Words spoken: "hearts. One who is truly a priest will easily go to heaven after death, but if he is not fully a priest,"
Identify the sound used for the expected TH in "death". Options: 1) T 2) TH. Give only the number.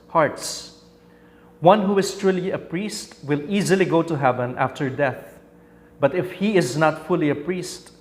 2